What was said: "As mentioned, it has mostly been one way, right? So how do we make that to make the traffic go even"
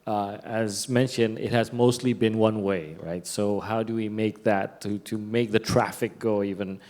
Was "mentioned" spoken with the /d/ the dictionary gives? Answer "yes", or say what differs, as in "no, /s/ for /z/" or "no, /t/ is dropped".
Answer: yes